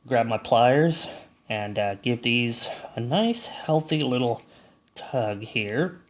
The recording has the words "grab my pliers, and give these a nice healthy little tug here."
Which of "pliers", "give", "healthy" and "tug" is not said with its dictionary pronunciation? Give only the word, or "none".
none